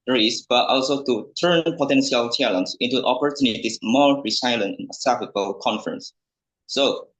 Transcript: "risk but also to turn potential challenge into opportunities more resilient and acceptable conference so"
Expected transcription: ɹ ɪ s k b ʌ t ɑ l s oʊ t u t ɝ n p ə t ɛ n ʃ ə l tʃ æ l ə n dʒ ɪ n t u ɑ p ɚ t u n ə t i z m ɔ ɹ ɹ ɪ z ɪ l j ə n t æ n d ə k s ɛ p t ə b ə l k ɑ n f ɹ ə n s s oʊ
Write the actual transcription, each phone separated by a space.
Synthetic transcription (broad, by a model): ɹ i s b ʌ t ɑ l s oʊ t u t ɝ n p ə t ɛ n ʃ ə l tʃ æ l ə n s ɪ n t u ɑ p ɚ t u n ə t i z m ɔ ɹ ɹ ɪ s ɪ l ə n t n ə s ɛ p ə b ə l k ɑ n f ɹ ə n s s oʊ